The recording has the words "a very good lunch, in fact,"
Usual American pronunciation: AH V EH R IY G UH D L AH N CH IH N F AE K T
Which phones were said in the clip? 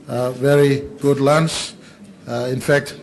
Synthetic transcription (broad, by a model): V EH R IY G UH D L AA N S IH N F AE K T